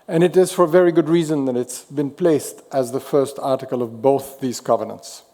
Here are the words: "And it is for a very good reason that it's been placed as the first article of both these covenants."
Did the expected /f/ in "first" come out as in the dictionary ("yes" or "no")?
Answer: yes